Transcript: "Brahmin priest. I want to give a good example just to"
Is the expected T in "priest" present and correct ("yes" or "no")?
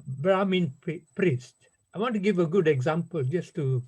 yes